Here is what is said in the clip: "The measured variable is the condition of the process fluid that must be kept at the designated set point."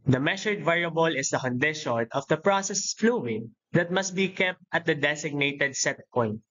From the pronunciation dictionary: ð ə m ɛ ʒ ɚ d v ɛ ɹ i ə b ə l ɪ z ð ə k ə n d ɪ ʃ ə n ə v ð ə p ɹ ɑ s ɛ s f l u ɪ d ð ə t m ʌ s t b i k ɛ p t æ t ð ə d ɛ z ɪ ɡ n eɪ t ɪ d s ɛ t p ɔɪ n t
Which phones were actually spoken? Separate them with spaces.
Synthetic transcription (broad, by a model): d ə m ɛ ʃ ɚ d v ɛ ɹ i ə b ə l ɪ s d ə k ə n d ɪ ʃ ə n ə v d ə p ɹ ɑ s ɛ s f l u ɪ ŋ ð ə t m ʌ s t b i k ɛ p t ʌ t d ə d ɛ s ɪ ɡ n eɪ t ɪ d s ɛ t p ɔɪ n t